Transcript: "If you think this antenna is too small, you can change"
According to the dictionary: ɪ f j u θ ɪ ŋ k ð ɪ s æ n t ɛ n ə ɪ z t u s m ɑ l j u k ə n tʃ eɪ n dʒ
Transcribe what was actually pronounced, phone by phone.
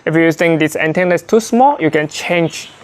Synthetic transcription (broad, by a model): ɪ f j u t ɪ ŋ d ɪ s æ n t ɛ n ə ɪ s t u s m ɑ l j u k ə n tʃ eɪ n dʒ